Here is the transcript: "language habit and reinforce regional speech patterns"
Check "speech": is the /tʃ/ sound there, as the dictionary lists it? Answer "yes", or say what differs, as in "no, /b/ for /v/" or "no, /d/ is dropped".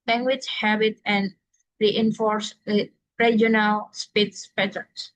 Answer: no, /s/ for /tʃ/